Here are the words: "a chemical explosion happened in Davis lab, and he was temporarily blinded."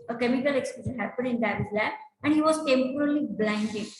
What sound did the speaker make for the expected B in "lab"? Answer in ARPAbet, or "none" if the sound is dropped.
none